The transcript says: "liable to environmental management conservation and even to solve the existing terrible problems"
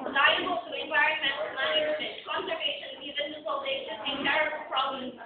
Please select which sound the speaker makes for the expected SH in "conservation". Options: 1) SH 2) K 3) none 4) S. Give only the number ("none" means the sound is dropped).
3